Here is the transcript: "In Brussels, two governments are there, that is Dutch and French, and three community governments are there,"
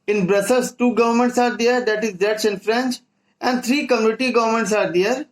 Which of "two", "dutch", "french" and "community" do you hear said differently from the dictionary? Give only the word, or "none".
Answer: dutch